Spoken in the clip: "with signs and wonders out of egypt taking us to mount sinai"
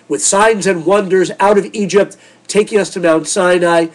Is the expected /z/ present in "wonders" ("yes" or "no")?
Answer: yes